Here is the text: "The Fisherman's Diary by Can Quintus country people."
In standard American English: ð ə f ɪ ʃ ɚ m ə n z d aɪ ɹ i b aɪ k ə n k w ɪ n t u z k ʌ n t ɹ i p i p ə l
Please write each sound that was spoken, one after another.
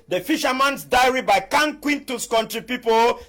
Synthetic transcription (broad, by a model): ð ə f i ʃ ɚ m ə n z d aɪ ɹ i b aɪ k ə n k w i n t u s k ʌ n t ɹ i p i p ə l